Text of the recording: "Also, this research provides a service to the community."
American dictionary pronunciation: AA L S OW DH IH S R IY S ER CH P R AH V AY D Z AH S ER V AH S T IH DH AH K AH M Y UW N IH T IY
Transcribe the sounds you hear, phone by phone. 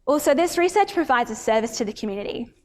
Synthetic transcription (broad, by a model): AA L S OW DH IH S R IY S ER CH P R AH V AY D Z AH S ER V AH S T IH DH AH K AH M Y UW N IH T IY